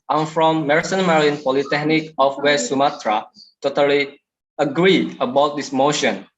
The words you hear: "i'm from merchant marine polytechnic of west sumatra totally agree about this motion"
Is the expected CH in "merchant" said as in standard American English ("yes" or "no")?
no